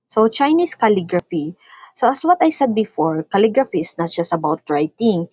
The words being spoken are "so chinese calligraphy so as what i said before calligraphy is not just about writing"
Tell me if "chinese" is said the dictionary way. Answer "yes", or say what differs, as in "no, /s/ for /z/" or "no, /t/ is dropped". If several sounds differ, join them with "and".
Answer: no, /s/ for /z/